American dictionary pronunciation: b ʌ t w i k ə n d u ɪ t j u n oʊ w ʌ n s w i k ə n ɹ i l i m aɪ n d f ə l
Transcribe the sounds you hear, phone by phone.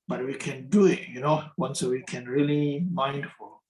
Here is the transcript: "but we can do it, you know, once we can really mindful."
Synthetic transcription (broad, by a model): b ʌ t w i k ə n d u ɪ t j u n oʊ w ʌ n s w i k ə n ɹ i l i m aɪ n d f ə